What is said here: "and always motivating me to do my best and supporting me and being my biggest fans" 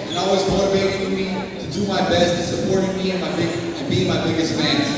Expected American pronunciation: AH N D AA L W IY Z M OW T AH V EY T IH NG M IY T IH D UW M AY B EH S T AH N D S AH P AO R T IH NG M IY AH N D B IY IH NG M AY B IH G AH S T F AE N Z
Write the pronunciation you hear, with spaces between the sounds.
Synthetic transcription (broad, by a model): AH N AA L W IY Z M OW T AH V EY T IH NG M IY T IH D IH M AY B EH S T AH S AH P AO R T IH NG M IY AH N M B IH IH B M AY B IH G AH S T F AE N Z